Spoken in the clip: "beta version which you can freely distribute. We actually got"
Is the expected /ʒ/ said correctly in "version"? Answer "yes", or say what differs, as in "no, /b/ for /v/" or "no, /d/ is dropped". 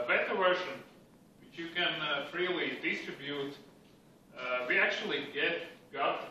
no, /ʃ/ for /ʒ/